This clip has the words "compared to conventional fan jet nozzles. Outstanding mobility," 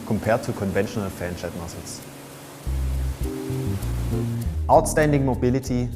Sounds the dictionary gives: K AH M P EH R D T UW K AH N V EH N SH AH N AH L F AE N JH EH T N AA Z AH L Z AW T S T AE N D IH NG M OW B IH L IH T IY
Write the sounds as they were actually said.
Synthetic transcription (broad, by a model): K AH M P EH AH T UW K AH N V EH N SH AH N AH L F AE N CH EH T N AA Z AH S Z AW T S T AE N D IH NG M OW B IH L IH T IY